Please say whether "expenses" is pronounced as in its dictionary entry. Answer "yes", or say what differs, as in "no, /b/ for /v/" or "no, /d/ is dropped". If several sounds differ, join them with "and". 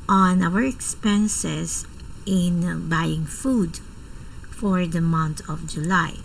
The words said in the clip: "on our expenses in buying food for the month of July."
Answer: no, /s/ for /z/